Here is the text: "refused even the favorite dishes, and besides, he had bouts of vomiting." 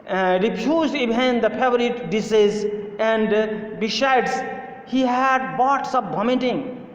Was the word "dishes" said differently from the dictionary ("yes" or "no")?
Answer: yes